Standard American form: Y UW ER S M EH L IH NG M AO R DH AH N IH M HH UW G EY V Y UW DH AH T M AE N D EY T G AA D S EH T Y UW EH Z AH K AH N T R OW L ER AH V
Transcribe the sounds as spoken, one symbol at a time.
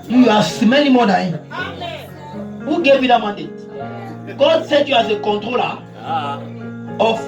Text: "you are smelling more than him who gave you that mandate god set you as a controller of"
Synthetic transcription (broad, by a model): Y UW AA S M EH N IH M AO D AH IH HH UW G EY V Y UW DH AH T M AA N D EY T G AA D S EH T Y UW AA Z AH K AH N T R OW L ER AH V